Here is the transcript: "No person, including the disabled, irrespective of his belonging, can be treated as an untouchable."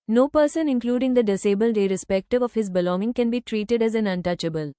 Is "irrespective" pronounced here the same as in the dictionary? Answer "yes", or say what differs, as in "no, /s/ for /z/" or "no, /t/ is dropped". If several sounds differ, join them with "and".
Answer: yes